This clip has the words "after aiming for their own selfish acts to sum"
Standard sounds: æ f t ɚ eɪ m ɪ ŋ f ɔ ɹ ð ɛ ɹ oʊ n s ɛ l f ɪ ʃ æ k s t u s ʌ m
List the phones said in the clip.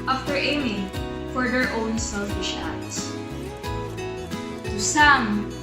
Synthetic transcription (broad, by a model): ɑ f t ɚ eɪ m ɪ ŋ f ɔ ɹ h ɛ ɹ oʊ n s ɛ l f ɪ ʃ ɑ s t u s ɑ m